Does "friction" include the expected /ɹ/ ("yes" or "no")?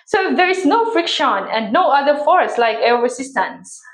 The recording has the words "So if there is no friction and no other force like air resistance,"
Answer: yes